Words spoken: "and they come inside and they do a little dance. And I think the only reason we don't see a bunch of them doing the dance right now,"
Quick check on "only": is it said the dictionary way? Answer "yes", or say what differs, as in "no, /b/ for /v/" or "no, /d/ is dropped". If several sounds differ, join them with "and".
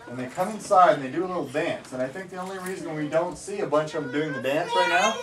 yes